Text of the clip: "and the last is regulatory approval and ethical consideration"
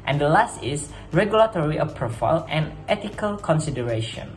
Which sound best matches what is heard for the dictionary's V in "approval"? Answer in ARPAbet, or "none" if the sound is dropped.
F